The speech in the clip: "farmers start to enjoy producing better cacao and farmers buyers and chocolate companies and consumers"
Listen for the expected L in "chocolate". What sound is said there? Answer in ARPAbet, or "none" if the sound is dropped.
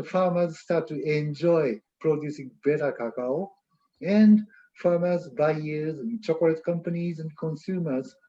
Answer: none